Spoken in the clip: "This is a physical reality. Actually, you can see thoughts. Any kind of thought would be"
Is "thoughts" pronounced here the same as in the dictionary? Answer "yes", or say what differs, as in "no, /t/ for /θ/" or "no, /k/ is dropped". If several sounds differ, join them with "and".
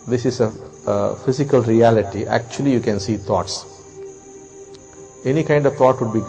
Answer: no, /t/ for /θ/